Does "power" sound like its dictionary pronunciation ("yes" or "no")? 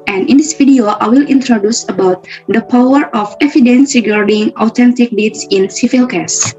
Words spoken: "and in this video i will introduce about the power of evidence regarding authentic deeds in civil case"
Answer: yes